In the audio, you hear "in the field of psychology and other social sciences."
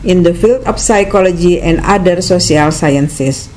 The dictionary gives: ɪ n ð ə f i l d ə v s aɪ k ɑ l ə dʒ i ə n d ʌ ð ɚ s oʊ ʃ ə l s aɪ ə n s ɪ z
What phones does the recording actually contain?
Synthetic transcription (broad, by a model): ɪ n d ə f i l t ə f s aɪ k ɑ l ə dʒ i ə n d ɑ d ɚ s oʊ s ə l s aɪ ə n s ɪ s